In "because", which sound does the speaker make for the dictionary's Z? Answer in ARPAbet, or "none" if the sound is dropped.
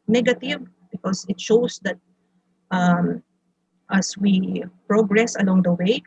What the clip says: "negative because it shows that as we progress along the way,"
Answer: S